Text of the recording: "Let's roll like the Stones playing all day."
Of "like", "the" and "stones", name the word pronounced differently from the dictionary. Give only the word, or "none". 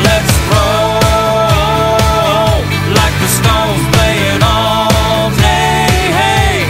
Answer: stones